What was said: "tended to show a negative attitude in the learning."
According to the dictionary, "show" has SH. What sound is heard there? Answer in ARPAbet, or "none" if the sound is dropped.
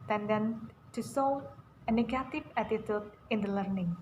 S